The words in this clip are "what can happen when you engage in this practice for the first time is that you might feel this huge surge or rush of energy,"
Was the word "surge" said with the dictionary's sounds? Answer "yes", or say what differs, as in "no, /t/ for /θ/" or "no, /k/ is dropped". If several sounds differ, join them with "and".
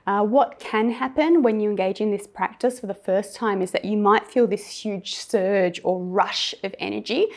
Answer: yes